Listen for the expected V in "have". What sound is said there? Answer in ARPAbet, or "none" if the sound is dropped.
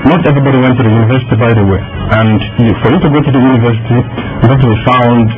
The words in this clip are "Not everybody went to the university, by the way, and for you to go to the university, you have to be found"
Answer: P